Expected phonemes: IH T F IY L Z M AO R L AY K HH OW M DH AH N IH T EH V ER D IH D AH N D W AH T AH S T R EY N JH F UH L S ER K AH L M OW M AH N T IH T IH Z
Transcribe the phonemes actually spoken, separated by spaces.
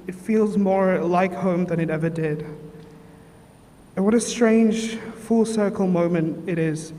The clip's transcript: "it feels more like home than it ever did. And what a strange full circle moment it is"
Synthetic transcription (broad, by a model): IH T F IY L Z M AO R L AY K HH OW M DH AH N IH T EH V ER D IH D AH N W AH T AH S T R EY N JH F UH L S ER K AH L M OW M AH N T IH T IH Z